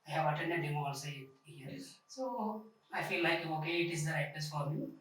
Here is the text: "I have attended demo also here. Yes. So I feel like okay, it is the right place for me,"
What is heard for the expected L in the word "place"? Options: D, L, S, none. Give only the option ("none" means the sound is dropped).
none